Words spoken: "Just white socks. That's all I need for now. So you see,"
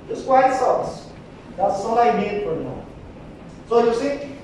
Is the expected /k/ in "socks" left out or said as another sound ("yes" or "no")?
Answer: yes